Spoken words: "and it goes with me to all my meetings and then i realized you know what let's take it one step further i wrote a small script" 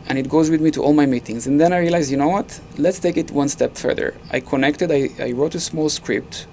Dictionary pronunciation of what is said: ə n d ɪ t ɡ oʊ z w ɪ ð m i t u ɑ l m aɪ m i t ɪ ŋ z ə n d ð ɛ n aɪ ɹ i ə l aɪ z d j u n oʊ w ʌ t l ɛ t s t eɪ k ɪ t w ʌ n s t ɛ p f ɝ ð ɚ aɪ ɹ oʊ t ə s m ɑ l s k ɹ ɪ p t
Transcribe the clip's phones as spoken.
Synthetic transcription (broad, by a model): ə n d ɪ t ɡ oʊ z w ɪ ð m i t u ɑ l m aɪ m i t ɪ ŋ z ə n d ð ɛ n aɪ ɹ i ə l aɪ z j u n oʊ w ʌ t l ɛ t s t eɪ k ɪ t w ʌ n s t ɛ p f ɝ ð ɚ aɪ ɹ oʊ t ə s m ɑ l s k ɹ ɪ p t